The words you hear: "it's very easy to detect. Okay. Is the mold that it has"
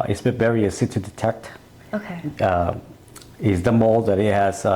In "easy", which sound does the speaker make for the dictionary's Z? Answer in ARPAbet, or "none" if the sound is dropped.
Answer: S